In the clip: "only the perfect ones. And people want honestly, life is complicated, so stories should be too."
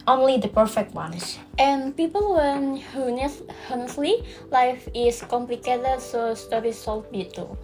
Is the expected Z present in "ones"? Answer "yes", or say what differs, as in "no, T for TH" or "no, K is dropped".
no, S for Z